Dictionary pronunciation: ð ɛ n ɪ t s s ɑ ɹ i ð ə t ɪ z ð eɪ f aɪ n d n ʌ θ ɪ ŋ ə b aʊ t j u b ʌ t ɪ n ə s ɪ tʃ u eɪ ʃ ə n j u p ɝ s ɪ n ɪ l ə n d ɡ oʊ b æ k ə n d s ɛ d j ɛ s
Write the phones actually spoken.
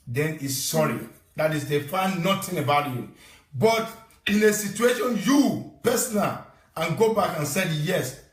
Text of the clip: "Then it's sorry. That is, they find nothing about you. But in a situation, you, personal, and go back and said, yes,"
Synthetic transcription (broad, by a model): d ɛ n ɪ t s s ɑ ɹ i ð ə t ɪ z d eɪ f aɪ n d n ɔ t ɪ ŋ ə b aʊ t j u b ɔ t ɪ n ə s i tʃ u eɪ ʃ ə n j u p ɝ s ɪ n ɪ l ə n ɡ oʊ b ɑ k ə n s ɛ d j ɛ s